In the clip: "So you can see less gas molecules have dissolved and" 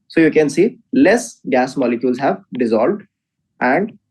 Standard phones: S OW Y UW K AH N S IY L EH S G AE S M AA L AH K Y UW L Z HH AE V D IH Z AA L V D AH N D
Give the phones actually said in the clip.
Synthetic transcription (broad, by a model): S OW Y UW K AH N S IY L EH S G AE S M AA L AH K Y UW L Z HH AE V D IH Z AA L V D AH N D